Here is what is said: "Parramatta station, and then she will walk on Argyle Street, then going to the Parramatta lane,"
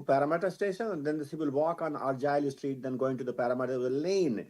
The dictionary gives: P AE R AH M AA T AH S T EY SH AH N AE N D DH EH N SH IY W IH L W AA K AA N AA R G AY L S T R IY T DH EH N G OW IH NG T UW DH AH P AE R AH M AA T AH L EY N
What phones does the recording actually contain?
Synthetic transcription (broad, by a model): P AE R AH M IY T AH S T EY SH AH N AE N D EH N S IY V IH L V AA K AA N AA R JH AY L S T R IY T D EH N G OW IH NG T UW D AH P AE R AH M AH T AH L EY N